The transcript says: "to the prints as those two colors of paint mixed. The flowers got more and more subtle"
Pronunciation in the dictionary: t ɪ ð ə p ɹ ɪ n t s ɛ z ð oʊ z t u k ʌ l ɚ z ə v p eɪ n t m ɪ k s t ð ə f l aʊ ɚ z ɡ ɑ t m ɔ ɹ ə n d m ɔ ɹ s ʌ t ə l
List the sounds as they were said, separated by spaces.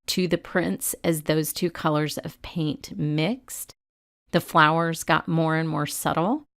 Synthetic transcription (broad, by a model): t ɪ ð ə p ɹ ɪ n t s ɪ z ð oʊ z t u k ʌ l ɚ z ə v p eɪ n t m ɪ k s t ð ə f l aʊ ɚ z ɡ ɑ t m ɔ ɹ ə n m ɔ ɹ s ʌ t l